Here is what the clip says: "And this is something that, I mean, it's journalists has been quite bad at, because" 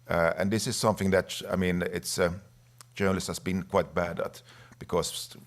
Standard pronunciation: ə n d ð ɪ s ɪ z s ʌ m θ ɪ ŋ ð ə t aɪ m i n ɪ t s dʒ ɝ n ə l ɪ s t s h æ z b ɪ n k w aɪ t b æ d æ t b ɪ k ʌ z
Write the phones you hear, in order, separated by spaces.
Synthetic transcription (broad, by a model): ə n ð ɪ s ɪ z s ʌ m θ ɪ ŋ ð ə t aɪ m i n ɪ t s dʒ ɝ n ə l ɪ s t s h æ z b ɪ n k w aɪ t b æ d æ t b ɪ k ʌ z